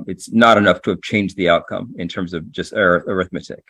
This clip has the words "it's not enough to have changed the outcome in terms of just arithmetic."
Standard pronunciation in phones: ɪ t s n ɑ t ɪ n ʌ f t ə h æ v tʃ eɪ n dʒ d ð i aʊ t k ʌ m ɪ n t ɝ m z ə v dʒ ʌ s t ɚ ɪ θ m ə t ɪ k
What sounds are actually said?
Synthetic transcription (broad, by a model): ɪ t s n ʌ t ɪ n ʌ f t ə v tʃ eɪ n dʒ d ð i aʊ t k ʌ m ɪ n t ɝ m z ə v dʒ ʌ s t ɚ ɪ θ m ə t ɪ k